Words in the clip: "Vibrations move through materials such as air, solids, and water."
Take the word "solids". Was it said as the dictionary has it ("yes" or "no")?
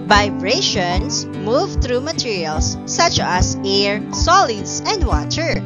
no